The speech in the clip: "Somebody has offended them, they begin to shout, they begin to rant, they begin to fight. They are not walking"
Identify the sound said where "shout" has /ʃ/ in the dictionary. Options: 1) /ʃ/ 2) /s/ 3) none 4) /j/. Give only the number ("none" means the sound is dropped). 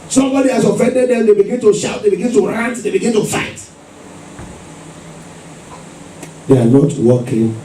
1